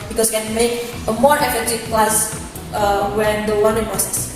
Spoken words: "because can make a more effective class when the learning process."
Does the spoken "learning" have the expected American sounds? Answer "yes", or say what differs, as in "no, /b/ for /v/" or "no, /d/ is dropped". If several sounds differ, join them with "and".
no, /w/ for /l/